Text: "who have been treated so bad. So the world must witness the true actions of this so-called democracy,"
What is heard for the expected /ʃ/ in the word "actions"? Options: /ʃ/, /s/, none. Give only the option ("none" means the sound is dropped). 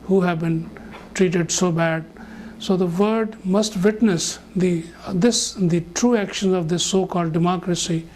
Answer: /ʃ/